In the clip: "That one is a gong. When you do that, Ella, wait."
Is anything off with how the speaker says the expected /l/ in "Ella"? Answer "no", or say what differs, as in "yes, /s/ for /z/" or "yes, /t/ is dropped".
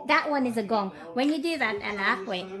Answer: yes, /n/ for /l/